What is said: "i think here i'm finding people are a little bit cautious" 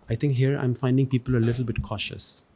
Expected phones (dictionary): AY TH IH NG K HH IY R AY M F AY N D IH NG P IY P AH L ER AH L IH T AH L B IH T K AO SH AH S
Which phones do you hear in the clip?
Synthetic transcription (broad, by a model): AY T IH NG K HH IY R AY M F AY N D IH NG P IY P AH L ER AH L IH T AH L B IH T K AO SH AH S